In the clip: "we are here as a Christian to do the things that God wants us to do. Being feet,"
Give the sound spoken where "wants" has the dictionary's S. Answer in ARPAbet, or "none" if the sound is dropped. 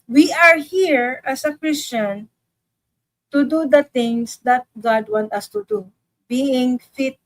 none